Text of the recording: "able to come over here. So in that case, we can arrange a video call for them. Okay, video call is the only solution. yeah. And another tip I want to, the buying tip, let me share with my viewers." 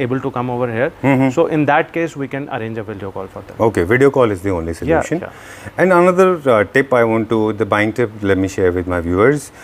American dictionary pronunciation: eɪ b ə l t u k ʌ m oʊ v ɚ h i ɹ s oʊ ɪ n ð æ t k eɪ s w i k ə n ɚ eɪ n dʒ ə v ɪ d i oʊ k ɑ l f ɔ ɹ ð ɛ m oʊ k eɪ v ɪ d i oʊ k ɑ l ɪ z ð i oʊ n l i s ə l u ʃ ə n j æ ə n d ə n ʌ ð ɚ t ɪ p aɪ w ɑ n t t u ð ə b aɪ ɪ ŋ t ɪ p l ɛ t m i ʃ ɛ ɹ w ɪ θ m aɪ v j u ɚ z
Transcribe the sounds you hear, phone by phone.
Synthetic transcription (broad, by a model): eɪ b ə l t u k ʌ m oʊ v ɚ h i ɹ s oʊ ɪ n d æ t k eɪ s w i k ə n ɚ eɪ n dʒ ə v ɪ d i oʊ k ɑ l f ɔ ɹ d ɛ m oʊ k eɪ v ɪ d i oʊ k ɑ l ɪ z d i oʊ n l i s ə l u ʃ ə n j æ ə n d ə n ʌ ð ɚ t ɪ p aɪ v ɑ n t t u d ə b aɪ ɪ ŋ t ɪ p l ɛ t m i ʃ ɛ ɹ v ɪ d m aɪ v j u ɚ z